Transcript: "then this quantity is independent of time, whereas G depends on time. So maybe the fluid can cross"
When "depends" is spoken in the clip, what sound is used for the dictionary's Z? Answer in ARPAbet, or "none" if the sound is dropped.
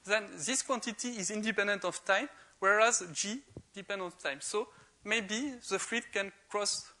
none